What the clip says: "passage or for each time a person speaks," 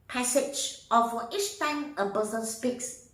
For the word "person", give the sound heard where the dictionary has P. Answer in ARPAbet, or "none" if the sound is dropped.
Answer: B